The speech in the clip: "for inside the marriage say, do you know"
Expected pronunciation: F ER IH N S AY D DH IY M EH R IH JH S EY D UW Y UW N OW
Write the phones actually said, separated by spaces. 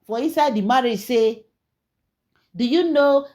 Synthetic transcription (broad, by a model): F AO IH N S AY D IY M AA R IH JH S EY D UW Y UW N OW